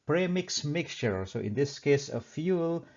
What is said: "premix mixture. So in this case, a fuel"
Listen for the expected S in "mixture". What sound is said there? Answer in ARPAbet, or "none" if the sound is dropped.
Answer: S